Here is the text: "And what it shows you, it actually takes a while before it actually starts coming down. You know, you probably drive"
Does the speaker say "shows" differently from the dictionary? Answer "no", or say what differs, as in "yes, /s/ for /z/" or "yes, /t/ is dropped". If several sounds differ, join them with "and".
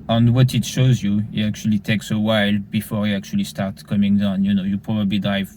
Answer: no